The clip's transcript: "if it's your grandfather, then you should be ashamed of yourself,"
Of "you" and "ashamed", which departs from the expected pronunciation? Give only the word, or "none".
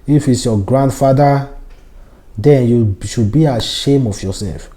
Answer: ashamed